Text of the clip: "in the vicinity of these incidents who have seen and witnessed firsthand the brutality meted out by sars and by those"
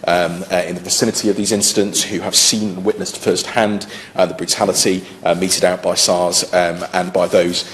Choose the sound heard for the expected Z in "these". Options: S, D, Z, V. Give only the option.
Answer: Z